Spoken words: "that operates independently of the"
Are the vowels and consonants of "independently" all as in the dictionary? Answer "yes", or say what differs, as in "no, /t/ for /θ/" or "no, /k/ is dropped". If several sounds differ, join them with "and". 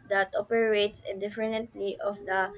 no, /f/ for /p/